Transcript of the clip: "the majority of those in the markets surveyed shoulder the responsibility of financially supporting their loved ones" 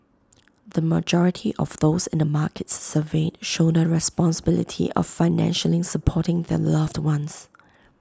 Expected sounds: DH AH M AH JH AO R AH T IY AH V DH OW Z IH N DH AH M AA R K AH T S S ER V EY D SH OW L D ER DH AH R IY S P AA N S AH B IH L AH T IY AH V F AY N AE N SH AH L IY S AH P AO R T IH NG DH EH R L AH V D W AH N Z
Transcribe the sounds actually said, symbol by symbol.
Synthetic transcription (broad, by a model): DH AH M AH JH AO R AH T IY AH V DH OW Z IH N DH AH M AA K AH T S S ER V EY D SH OW N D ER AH R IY S P AA N S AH B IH L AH T IY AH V F AY N AE N SH AH L IY S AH P AO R T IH NG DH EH L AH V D W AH N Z